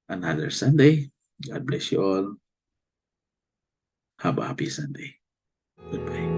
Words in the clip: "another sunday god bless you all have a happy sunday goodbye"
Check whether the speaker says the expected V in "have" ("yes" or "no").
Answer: no